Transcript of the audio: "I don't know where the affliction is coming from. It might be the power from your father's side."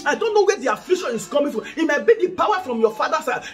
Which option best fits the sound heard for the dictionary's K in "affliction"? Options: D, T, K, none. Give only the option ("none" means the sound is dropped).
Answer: none